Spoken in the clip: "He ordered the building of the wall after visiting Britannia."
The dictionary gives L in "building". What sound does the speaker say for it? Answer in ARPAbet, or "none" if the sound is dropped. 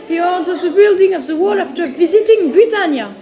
L